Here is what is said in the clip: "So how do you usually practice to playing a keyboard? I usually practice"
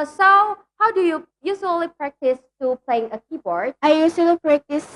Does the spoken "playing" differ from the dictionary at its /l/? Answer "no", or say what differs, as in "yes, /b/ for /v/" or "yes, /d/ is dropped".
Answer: no